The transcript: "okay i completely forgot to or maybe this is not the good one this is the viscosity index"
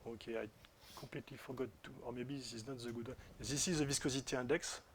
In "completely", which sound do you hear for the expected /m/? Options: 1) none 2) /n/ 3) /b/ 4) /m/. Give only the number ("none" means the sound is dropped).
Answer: 1